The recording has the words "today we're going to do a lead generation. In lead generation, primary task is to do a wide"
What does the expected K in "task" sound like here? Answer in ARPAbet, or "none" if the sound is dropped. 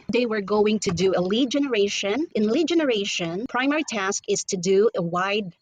K